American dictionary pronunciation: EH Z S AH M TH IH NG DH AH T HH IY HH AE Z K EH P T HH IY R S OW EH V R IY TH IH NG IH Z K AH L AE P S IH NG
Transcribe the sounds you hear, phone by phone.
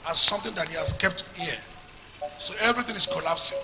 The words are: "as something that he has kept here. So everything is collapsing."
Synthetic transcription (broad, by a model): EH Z S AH M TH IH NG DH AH T HH IY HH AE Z K EH P T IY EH S OW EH V R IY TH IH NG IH S K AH L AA P S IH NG